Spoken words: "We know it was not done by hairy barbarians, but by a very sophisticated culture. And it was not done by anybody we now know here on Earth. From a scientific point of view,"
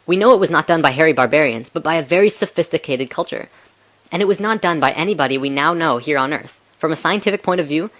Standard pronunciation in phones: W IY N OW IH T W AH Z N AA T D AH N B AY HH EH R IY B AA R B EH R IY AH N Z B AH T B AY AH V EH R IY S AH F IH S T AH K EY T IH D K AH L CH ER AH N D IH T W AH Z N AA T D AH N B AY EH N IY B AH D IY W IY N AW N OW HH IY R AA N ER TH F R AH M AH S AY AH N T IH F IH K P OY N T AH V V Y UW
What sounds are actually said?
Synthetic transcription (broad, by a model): W IY N OW IH T W AH Z N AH T D AH N B AY HH EH R IY B AA R B EH R IY AH N Z B AH T B AY AH V EH R IY S AH F IH S T AH K EY T IH D K AH L CH ER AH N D IH T W AH Z N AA T D AH N B AY EH N IY B AH D IY W IY N AW N OW HH IY R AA N ER TH F R AH M AH S AY AH N T IH F IH K P OY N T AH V V Y UW